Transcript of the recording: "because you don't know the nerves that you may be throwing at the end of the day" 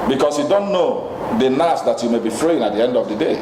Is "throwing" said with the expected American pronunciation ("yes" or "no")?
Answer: no